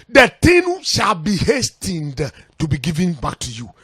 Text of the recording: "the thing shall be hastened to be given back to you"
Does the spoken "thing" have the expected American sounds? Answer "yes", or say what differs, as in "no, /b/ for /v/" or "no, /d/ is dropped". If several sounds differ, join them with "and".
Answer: no, /t/ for /θ/